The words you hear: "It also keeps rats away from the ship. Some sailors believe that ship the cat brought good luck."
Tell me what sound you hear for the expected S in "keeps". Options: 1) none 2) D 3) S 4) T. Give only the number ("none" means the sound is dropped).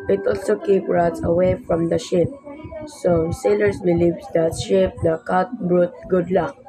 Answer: 1